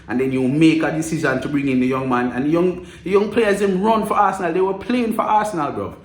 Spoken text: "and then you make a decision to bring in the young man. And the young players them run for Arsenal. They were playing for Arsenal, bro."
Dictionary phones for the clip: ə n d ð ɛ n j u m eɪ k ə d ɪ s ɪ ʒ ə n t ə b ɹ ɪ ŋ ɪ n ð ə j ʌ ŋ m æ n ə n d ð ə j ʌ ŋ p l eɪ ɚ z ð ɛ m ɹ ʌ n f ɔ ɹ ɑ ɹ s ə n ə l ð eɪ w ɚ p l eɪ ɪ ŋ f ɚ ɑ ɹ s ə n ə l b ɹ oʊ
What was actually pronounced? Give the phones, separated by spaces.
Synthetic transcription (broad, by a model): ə n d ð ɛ n j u m eɪ k ə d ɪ s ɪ z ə n t ə b ɹ ɪ ŋ ɪ n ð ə j ʌ ŋ m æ n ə n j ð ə j ʌ ŋ p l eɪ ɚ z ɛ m ɹ ʌ n f ɔ ɹ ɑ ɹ s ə n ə l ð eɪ w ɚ p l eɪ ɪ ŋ f ɚ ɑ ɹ s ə n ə l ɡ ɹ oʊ